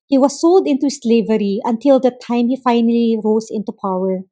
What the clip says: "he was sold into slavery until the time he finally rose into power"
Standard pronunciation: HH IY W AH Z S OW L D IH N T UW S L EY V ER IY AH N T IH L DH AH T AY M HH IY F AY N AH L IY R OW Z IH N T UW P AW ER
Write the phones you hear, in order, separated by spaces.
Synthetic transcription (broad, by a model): HH IY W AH S OW L D IH N T UW S L EY V ER IY AH N T IH L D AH T AY M HH IY F AY N AH L IY R OW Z IH N T UW P AW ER